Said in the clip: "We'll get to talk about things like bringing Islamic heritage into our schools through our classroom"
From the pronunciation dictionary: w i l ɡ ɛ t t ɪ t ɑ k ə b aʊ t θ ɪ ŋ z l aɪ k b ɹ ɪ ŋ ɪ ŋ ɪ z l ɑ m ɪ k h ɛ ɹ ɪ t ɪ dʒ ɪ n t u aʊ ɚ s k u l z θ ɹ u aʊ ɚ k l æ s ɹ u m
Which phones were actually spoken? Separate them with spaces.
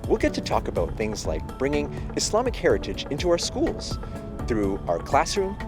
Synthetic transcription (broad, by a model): w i l ɡ ɛ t t ɪ t ɑ k ə b aʊ t θ ɪ ŋ z l aɪ k b ɹ ɪ ŋ ɪ ŋ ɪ s l ɑ m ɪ k h ɛ ɹ ɪ t ɪ dʒ ɪ n t u aʊ ɚ s k u l z θ ɹ u aʊ ɚ k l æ s ɹ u m